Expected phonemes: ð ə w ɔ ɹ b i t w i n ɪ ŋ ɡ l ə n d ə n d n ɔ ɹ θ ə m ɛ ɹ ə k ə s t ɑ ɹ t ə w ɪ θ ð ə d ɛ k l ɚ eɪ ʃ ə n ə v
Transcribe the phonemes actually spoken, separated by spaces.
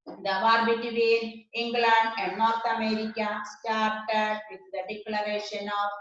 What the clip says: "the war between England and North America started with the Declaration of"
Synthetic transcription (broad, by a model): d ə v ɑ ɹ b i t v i ɪ ŋ ɡ l ə n d ə n d n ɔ ɹ t ə m ɛ ɹ ə k ə s t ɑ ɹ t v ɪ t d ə d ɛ k l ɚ eɪ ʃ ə n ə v